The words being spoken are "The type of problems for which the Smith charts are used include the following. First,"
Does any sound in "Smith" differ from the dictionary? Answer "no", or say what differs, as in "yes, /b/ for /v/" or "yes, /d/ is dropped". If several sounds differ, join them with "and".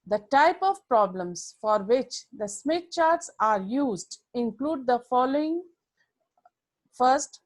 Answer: yes, /t/ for /θ/